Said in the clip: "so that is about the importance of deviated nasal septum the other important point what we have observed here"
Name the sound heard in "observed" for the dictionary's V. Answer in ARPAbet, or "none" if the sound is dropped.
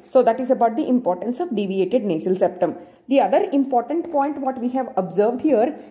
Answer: V